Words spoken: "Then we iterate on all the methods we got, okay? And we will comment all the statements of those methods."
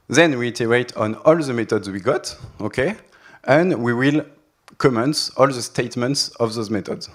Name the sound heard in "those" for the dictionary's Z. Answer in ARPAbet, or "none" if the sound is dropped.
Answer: Z